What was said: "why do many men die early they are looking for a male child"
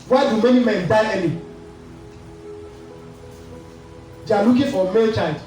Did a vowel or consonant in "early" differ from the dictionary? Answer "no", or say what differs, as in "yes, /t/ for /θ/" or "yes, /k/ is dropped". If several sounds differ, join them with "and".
yes, /n/ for /l/